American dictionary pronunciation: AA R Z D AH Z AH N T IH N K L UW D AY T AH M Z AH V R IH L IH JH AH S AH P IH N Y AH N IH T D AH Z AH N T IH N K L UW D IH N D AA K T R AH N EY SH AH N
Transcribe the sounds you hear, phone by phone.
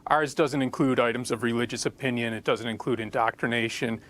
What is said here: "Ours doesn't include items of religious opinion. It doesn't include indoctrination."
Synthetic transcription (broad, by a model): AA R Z D AH Z AH N T IH N K L UW D AY T AH M Z AH V R IH L IH JH AH S AH P IH N Y AH N IH T D AH Z AH N T IH N K L UW D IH N D AA K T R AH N EY SH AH N